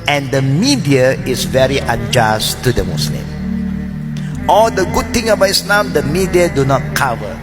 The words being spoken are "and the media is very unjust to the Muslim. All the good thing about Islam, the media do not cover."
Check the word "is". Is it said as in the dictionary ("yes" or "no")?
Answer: no